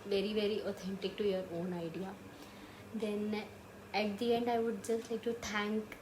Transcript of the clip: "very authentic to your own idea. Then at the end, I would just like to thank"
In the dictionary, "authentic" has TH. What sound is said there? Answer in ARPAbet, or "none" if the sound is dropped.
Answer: T